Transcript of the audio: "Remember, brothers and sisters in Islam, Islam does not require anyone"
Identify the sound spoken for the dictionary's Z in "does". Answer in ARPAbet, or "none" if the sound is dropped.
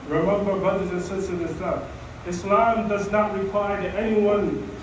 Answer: Z